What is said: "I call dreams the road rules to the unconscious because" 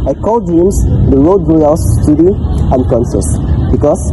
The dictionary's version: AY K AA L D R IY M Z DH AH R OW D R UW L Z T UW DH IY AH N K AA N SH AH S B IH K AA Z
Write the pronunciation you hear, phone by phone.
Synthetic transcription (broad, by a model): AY K AA L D IY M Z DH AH R OW D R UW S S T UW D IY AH N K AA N S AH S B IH K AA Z